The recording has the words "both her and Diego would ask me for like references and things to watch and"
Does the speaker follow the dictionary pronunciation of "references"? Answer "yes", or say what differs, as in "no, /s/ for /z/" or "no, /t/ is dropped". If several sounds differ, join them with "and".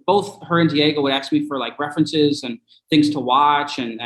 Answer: yes